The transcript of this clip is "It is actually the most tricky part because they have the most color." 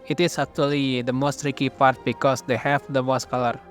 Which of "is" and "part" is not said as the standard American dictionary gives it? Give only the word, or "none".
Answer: is